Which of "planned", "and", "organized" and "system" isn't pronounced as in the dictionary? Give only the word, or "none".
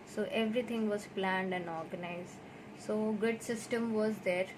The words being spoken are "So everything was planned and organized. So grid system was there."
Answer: none